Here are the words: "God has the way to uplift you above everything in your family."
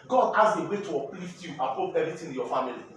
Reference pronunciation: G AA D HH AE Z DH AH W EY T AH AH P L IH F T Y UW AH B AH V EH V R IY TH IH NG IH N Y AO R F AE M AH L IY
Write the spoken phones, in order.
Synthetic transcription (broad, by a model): G AA D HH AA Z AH W EY T AH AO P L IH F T Y UW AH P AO P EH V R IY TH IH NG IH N Y AO F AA M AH L IY